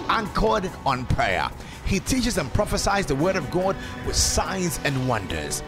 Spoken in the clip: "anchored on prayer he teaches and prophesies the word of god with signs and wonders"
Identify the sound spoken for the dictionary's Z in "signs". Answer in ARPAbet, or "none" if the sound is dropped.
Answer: Z